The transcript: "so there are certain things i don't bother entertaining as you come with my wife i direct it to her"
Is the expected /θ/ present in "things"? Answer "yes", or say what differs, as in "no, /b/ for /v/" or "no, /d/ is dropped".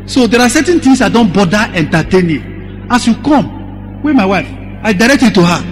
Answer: no, /t/ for /θ/